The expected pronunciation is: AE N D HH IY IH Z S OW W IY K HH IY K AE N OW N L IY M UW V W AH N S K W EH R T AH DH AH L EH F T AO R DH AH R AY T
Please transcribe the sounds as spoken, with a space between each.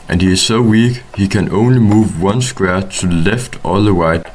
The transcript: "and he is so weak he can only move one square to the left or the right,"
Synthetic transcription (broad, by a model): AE N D HH IY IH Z S OW W IY K HH IY K AE N OW N L IY M UW V W AH N S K W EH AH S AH L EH F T AO L DH AH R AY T